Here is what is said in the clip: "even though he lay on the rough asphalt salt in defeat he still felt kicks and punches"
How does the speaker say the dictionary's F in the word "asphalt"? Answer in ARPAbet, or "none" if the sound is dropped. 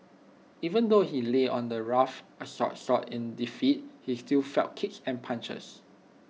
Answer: none